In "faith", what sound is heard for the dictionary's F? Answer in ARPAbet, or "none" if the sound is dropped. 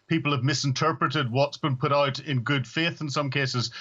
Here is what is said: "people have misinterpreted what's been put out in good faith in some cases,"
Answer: F